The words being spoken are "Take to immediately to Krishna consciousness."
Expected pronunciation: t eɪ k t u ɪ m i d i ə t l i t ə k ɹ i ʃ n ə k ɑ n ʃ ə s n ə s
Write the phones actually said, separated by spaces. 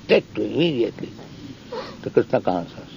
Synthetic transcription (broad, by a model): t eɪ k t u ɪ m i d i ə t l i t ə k i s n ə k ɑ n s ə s